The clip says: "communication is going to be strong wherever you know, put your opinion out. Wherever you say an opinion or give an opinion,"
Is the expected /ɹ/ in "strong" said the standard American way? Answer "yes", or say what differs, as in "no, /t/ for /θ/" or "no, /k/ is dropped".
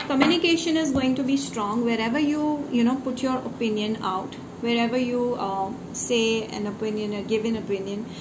yes